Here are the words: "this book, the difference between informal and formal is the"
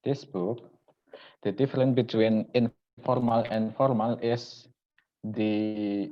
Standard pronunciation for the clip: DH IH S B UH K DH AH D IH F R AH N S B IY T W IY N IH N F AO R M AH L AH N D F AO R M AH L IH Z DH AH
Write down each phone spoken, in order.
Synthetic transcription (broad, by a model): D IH S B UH K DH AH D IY F R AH N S B IY T W IY N IH N F AO R M AH L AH N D F AO R M AH L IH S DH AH